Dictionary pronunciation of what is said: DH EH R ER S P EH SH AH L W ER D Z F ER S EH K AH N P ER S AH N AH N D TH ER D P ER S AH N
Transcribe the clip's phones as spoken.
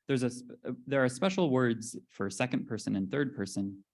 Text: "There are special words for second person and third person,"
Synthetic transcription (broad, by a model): DH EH R ER S P EH SH L W ER D Z F ER S EH K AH N P ER S AH N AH N TH ER D P ER S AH N